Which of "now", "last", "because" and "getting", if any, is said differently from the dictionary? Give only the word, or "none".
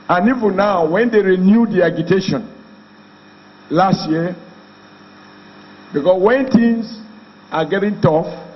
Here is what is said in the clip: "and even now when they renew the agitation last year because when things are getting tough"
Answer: because